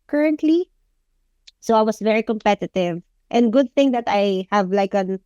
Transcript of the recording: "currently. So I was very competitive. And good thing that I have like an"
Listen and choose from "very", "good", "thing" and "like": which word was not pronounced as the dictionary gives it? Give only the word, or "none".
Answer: none